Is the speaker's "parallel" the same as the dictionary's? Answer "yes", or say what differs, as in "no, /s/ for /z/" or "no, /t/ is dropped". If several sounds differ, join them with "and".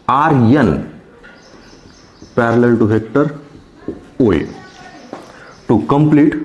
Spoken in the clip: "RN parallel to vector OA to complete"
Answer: yes